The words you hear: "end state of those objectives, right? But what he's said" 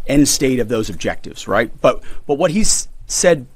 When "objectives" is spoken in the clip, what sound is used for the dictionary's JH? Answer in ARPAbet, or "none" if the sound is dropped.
JH